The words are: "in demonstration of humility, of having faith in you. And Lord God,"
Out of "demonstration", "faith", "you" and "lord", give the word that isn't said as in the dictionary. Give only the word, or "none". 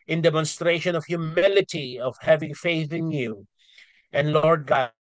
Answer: none